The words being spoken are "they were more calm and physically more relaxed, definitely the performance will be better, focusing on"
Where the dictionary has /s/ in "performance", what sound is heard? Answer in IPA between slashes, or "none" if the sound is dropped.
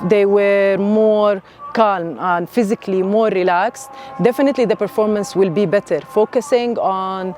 /s/